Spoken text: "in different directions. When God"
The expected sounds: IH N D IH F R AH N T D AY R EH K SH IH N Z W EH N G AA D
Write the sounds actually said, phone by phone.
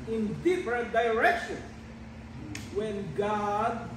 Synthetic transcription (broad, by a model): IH N D IH F R AH N T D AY R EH K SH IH N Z W EH N G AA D